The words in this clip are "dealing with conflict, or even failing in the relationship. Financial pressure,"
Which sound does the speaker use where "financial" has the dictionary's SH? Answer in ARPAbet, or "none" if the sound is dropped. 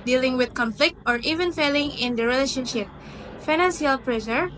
S